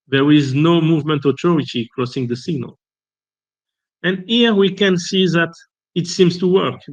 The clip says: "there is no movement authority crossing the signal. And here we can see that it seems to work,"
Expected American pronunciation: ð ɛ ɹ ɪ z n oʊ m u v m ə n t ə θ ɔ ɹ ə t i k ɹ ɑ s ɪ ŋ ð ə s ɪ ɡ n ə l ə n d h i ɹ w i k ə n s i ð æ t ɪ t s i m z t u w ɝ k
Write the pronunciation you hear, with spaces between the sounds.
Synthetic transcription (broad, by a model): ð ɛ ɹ ɪ z n oʊ m u v m ə n t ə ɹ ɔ ə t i k ɹ ɑ s ɪ ŋ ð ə s ɪ ɡ n ə l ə n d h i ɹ w i k ə n s i ð æ t ɪ t s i m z t u w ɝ k